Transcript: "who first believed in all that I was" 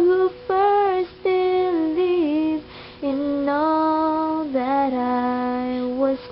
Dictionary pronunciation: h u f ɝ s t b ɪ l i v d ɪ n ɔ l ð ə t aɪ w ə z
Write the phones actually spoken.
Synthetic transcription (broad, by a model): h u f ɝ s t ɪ l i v ɪ n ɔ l ð ə t aɪ w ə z